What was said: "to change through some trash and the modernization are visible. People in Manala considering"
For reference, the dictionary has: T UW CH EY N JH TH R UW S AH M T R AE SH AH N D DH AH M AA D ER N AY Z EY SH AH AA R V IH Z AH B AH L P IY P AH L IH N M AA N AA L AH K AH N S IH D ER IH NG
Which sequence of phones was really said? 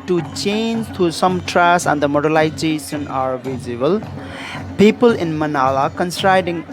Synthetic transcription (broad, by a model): T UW CH EY N JH T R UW S AH M T R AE S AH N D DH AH M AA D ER L AY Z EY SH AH AA R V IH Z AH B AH L P IY P AH L IH N M AA N AA L AH K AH N S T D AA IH NG